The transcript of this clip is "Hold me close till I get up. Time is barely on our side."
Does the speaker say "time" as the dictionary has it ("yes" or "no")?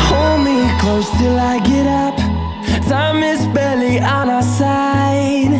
no